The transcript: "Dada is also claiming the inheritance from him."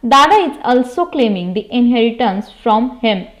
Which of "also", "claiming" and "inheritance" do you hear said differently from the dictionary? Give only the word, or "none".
none